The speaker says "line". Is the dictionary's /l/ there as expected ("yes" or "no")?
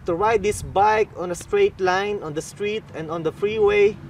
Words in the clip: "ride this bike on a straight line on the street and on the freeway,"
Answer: yes